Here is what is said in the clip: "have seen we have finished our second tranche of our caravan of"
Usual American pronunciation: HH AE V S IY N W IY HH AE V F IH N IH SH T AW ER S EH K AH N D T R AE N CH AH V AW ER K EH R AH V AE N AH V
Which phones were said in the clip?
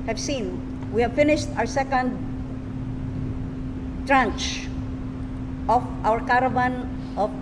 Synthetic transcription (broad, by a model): HH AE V S IY N W IY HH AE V F IH N IH SH T AW ER S EH K AH N D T R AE N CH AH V AW ER K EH R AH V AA N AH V